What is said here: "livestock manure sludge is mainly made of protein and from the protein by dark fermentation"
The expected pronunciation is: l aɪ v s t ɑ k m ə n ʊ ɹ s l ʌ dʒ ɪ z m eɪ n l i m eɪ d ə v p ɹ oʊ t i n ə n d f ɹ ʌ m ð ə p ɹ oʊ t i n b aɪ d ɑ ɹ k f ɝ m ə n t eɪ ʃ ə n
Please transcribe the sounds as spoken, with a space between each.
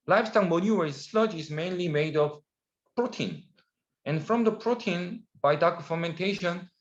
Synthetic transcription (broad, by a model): l aɪ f s t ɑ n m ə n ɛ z s l ʌ dʒ ɪ z m eɪ n l i m eɪ d ə v p ɹ oʊ t i n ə n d f ɹ ʌ m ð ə p ɹ oʊ t i n b aɪ d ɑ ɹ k f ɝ m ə n t eɪ ʃ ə n